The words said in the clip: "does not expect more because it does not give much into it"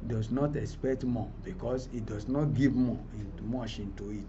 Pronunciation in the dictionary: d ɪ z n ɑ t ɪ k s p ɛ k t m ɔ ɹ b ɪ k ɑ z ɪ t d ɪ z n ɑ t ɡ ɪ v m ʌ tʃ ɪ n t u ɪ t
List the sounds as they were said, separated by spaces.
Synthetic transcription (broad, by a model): d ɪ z n ɑ t ɪ k s p ɛ k t m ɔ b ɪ k ɑ s ɪ t d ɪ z n ɑ t ɡ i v m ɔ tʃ ɪ n t u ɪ t